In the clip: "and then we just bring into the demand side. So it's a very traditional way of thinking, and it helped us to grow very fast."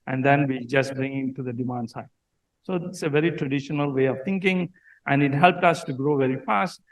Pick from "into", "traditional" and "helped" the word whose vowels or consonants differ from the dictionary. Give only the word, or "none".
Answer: none